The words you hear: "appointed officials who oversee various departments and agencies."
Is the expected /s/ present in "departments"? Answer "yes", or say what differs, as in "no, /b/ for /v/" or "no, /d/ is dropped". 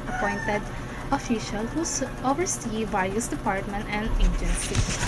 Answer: no, /s/ is dropped